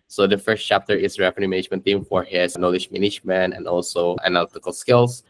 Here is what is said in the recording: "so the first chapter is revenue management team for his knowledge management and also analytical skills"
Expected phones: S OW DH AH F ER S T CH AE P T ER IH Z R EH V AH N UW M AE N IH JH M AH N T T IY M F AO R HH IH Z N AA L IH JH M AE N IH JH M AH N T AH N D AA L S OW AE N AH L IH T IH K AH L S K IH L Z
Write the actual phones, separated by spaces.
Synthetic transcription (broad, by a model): S OW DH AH F ER S T CH AE P T ER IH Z R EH F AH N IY M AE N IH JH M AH N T T IY M F AO R HH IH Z N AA L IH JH M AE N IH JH M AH N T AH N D AA L S OW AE N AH L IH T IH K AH L S K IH L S